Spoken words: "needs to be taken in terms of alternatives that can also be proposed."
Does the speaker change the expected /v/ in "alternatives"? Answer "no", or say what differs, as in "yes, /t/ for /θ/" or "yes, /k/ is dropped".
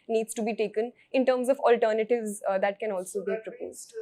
no